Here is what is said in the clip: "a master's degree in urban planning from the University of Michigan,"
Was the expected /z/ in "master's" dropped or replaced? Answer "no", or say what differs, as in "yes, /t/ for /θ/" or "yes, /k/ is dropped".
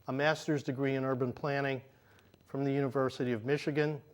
no